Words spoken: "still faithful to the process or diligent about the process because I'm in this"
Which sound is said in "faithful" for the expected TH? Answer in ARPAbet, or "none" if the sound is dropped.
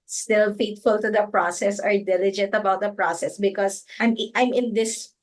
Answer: T